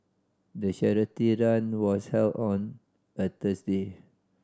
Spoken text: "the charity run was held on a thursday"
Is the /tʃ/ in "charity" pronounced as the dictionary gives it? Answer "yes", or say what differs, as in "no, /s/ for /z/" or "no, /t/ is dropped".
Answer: no, /ʃ/ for /tʃ/